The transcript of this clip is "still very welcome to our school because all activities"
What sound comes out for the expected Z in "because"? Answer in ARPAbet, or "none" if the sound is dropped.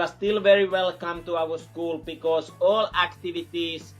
S